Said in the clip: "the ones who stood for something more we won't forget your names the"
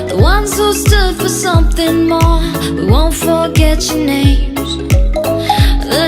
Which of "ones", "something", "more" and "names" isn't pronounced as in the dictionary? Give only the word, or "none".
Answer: none